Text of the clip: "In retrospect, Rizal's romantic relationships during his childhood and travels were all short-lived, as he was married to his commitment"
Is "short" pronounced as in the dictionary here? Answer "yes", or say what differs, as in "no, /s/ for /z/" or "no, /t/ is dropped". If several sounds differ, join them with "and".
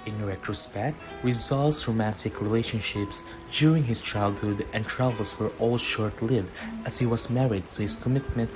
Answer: yes